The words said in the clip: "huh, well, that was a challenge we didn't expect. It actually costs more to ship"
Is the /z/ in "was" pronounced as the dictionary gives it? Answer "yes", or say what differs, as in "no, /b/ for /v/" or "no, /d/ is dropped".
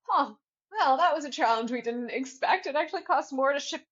yes